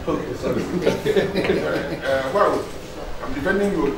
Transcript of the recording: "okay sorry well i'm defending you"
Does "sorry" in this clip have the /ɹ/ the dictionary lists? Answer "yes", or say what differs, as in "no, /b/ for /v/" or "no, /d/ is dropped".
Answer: no, /ɹ/ is dropped